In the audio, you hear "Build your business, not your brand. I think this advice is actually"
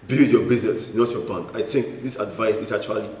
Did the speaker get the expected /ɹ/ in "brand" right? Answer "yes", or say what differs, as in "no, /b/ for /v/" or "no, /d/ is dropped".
no, /ɹ/ is dropped